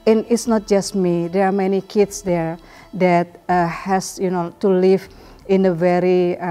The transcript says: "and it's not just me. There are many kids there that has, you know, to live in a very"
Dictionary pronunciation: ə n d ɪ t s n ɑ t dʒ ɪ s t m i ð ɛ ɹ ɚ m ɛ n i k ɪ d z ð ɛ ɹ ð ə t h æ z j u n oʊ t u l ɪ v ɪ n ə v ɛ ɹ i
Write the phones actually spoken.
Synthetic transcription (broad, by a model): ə n ɪ t s n ɑ t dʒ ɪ s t m i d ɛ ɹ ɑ m ɛ n i k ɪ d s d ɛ ɹ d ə t h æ s j u n oʊ t u l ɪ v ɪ n ə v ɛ ɹ i